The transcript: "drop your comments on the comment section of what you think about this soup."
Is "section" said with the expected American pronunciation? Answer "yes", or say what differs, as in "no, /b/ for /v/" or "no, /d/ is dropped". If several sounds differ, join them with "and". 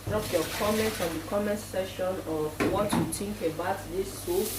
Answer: no, /k/ is dropped